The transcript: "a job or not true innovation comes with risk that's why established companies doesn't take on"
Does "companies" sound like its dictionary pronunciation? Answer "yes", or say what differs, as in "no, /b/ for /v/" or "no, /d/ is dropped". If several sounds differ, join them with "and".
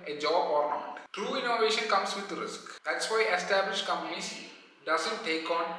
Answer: no, /p/ is dropped and /s/ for /z/